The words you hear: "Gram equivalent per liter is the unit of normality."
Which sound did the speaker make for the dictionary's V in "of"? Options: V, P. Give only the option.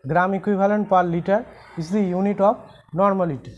P